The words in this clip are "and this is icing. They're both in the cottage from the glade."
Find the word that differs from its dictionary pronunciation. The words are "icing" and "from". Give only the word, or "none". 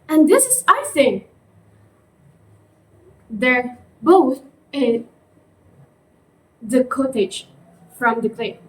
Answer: icing